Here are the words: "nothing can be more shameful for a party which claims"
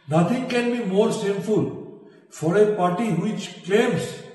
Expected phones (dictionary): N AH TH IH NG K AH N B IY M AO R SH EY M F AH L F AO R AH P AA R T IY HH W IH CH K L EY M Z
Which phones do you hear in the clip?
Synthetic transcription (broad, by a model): N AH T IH NG K AH N B IY M AO R S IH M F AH L F AO R AH P AA R T IY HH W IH CH K L EY M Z